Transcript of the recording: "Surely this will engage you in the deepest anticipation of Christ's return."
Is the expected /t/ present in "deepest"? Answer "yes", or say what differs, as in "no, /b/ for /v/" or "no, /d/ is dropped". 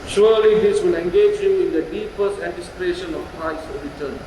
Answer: yes